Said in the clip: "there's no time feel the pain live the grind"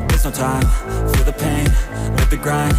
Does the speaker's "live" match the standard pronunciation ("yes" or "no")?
no